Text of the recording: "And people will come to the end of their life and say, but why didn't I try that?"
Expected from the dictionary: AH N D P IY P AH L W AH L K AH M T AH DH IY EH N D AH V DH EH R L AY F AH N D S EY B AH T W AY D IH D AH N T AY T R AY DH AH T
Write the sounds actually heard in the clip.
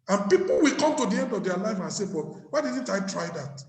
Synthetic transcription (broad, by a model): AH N P IY P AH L W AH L K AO M T AH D IY EH N D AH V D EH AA L AY F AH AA S EY B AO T W AY D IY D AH N T AY T R AY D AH T